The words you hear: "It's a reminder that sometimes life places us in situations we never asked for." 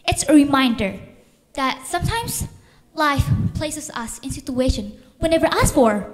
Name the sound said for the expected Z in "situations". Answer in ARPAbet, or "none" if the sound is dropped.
none